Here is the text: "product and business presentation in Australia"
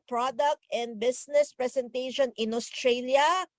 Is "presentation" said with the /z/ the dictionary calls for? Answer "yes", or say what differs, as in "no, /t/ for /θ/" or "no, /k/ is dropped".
no, /s/ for /z/